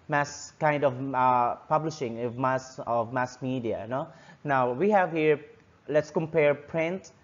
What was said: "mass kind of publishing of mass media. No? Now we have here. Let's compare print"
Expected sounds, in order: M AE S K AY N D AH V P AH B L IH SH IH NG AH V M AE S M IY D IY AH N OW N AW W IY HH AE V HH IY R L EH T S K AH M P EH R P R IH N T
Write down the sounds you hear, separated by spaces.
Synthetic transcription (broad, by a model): M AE S K AY N D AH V P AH B L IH SH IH NG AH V M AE S M IY D IY AH N OW N AW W IY HH AE V HH IY R L EH T S K AH M P EH R P R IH N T